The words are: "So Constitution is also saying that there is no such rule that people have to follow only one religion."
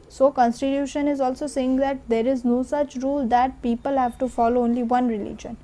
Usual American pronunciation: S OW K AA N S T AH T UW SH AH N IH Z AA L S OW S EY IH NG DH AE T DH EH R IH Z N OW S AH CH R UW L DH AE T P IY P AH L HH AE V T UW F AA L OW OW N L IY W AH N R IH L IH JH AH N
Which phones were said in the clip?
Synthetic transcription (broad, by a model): S OW K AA N S T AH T UW SH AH N IH Z AA L S OW S EY IH NG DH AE T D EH R IH Z N OW S AH CH R UW L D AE T P IY P AH L HH AE V T UW F AA L OW OW N L IY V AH N R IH L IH JH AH N